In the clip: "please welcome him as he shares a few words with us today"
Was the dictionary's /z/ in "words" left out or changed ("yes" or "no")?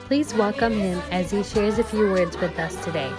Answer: no